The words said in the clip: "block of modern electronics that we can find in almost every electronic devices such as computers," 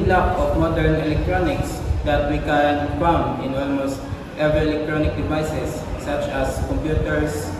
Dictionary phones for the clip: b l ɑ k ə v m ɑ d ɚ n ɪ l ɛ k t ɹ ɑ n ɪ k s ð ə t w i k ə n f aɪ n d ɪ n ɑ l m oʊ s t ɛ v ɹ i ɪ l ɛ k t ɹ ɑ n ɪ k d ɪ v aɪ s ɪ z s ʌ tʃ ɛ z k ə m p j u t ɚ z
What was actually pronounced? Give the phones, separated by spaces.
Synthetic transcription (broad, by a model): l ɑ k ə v m ɑ d ɚ n ɪ l ɛ k t ɹ ɑ n ɪ k s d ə t w i k ə n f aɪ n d ɪ n ɑ l m oʊ s t ɛ v ɹ i ɪ l ɛ k t ɹ ɑ n ɪ k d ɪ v aɪ s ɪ s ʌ tʃ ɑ s k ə m p j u t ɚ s